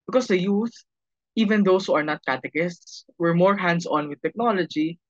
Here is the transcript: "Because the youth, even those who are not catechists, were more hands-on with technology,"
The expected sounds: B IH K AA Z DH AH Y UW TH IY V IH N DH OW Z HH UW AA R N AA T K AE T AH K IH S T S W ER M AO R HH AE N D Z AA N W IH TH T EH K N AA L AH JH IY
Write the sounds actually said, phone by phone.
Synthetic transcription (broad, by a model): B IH K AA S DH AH Y UW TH IY V IH N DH OW S HH UW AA R N AA T K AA T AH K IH S T S W ER M AO R HH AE N D S AA N W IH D T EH K N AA L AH JH IY